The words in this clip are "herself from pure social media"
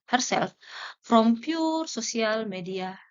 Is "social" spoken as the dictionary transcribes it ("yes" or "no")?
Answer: no